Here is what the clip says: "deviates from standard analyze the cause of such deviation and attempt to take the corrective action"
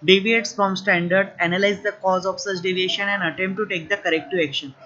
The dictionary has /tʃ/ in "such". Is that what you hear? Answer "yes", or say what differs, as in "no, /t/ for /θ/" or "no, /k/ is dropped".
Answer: yes